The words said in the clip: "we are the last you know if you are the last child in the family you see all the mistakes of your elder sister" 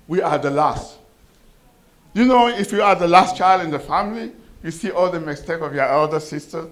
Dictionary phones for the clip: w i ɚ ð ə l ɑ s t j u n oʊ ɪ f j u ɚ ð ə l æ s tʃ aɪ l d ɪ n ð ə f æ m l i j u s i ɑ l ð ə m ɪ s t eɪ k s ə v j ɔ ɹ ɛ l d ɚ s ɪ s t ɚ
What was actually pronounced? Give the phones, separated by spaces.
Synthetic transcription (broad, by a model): w i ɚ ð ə l ɑ s t j u n oʊ ɪ f j u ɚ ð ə l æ s tʃ aɪ l d ɪ n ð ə f æ m l i j u s i ɑ l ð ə m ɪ s t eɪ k ə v j ɔ ɹ ɛ l d ɚ s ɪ s t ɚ